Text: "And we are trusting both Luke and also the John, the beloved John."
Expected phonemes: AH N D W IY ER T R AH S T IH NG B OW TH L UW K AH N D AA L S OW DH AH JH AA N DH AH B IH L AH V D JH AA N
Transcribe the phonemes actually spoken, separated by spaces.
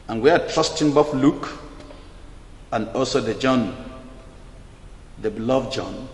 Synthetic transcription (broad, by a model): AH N W IY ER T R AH S T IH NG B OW F L UW K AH N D AA L S OW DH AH JH AA N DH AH B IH L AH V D JH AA N